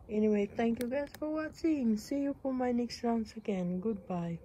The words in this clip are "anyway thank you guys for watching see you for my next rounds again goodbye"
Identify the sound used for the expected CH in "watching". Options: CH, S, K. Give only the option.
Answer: S